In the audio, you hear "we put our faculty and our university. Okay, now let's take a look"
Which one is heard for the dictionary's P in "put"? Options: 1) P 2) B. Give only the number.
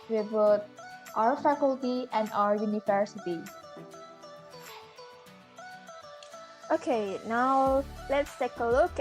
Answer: 2